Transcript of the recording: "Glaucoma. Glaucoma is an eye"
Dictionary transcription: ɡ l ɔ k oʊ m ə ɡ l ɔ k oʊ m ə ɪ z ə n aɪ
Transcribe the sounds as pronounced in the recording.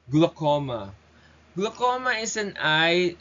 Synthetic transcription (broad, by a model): ɡ l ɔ k oʊ m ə ɡ l ɔ k oʊ m ə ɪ s ə n aɪ